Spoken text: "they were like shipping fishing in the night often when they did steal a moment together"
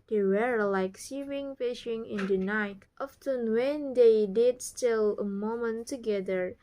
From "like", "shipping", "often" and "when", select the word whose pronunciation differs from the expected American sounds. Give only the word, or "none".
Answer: shipping